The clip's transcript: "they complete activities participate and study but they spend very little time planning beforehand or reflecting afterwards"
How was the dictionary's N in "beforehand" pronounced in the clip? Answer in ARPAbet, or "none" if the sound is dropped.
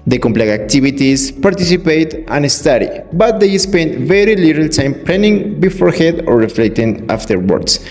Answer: none